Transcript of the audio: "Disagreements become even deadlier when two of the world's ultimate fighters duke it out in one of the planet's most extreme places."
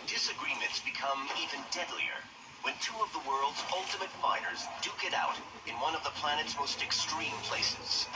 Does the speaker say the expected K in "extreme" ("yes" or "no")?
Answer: yes